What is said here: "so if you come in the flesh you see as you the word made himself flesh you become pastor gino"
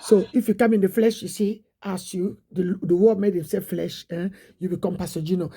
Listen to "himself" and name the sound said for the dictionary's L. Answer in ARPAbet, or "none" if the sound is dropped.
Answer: none